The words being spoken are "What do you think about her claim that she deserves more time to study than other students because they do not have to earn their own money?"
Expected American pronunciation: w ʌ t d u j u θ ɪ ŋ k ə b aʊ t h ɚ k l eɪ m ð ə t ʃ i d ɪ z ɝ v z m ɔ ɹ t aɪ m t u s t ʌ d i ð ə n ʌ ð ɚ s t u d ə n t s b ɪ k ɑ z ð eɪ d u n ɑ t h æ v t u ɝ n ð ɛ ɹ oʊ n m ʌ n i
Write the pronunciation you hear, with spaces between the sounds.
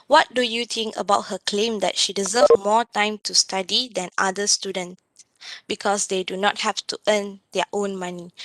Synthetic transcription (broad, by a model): w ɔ t d u j u t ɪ ŋ k ə b aʊ t h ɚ k l eɪ m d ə t ʃ i d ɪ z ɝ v m ɔ t aɪ m t u s t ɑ d i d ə n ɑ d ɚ s t u d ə n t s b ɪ k ɑ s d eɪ d u n ɑ t h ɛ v t u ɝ n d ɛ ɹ oʊ n m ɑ n i